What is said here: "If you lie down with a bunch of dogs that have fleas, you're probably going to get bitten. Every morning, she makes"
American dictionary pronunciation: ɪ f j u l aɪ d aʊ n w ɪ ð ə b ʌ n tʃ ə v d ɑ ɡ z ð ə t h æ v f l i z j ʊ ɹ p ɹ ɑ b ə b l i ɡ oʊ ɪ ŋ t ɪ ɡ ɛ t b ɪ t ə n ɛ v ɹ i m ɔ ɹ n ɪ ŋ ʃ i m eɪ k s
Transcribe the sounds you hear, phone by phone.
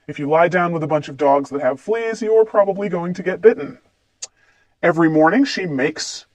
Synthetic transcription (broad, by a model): ɪ f j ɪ l aɪ d aʊ n w ɪ ð ə b ʌ n tʃ ə v d ɑ ɡ z ð ə t h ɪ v f l i z j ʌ ɹ p ɹ ɑ b ə b l i ɡ oʊ ɪ ŋ t ɪ ɡ ɛ t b ɪ t n ɛ v ɹ i m ɔ ɹ n ɪ ŋ ʃ i m eɪ k s